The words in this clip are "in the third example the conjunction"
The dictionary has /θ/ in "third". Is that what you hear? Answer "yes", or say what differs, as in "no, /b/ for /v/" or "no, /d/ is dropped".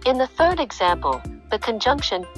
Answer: yes